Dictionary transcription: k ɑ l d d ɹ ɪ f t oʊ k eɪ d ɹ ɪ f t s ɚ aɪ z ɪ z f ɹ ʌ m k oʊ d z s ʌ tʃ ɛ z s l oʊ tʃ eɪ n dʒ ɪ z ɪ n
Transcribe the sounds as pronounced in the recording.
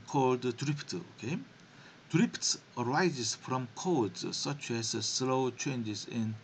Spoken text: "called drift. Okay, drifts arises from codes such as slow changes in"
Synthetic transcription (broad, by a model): k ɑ l d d ɹ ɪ p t oʊ k eɪ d ɹ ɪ p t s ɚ aɪ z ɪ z f ɹ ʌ m k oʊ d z s ʌ tʃ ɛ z s l oʊ tʃ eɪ n dʒ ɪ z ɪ n